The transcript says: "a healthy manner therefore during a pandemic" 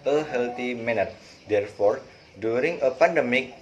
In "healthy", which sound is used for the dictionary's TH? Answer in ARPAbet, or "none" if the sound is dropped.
T